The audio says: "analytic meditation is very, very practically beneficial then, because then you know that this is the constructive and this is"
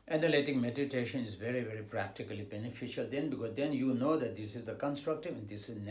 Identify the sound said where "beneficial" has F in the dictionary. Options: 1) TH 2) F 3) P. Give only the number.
2